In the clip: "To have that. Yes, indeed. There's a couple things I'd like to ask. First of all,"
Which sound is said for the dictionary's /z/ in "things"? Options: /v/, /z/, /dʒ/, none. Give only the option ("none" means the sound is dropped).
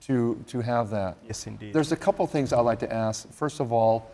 /z/